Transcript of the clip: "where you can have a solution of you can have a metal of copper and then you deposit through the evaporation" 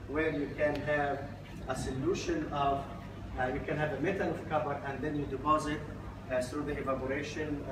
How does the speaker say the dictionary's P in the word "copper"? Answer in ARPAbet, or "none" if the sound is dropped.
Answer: B